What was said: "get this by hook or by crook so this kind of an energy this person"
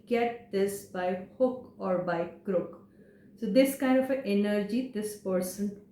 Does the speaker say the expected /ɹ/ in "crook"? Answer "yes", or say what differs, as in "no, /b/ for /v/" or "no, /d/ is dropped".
yes